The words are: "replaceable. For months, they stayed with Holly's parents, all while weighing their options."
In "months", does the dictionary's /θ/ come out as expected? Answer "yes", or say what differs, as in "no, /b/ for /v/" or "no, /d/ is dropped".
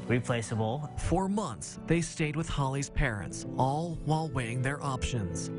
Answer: yes